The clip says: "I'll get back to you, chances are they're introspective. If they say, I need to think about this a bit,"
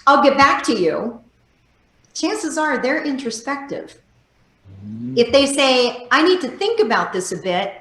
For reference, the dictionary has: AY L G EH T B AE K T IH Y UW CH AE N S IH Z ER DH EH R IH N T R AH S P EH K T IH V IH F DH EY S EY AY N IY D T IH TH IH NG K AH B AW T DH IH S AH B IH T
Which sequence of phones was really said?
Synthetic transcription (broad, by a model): AY L G EH T B AE K T IH Y UW CH AE N S IH Z ER DH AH R IH N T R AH S P EH K T IH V IH F DH EY S EY AY N IY D T IH TH IH NG K AH B AW T DH IH S AH B IH T